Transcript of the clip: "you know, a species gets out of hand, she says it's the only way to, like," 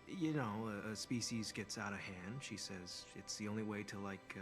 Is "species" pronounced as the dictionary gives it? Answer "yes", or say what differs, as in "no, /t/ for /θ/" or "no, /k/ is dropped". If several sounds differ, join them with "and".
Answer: yes